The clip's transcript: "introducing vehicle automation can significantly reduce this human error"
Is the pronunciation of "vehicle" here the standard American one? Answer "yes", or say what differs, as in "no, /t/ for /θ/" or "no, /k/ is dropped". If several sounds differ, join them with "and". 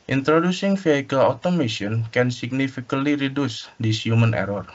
no, /f/ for /v/